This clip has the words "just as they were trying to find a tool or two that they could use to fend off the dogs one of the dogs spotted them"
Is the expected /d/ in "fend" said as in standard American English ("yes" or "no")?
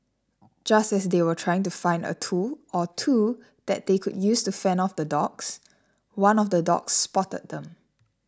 no